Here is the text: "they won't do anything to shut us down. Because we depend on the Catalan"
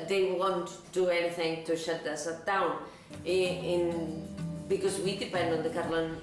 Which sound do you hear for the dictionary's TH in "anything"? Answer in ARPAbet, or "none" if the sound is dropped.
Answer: TH